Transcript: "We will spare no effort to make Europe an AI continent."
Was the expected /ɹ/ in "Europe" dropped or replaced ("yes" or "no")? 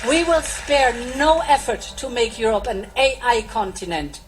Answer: no